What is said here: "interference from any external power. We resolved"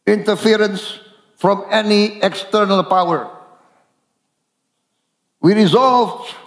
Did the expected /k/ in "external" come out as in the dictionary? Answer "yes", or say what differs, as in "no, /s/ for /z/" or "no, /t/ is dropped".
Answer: yes